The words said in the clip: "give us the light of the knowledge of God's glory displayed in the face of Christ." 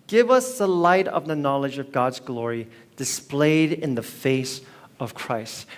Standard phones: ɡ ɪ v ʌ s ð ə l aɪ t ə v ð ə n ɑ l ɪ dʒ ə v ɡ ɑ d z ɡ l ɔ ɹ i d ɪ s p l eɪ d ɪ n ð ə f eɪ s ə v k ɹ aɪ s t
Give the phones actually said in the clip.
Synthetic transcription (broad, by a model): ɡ ɪ v ʌ s ð ə l aɪ t ə v ð ə n ɑ l ɪ dʒ ə v ɡ ɑ d z ɡ l ɔ ɹ i d ɪ s p l eɪ d ɪ n ð ə f eɪ s ə v k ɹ aɪ s t